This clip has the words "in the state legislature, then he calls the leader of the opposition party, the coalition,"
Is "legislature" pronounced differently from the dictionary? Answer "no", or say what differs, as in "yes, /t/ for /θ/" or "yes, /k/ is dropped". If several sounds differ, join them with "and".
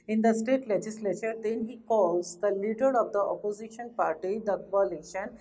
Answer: no